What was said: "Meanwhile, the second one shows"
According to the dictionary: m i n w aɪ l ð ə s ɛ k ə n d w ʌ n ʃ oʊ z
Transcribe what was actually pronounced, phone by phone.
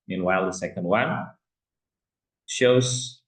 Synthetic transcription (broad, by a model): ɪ n w aɪ l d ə s ɛ k ə n d w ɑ l ʃ oʊ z